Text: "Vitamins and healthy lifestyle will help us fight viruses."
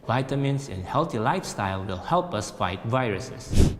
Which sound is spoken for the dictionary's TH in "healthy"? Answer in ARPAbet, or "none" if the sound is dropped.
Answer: T